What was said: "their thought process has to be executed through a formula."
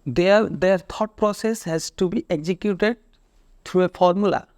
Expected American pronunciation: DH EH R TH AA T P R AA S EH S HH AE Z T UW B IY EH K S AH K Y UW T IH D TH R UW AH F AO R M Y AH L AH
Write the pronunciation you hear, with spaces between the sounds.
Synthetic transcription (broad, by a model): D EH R T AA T P R AA S EH S HH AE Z T UW B IY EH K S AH K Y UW T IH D T R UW AH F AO R M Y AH L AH